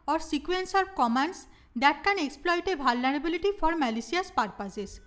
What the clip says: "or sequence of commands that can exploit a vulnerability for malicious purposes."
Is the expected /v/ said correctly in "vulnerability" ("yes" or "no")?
no